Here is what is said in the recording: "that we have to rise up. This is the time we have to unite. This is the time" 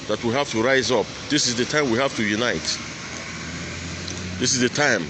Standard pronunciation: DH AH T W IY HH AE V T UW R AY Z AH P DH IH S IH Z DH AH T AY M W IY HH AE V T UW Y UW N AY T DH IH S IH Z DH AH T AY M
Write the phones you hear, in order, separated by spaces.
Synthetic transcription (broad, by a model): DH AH T W IY HH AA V T UW R AY Z AH P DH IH S IH Z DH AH T AY M W IY HH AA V T UW Y UW N AY T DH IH S IH Z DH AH T AY M